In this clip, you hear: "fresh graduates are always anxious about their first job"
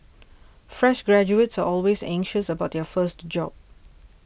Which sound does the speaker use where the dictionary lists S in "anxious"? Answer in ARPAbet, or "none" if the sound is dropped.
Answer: S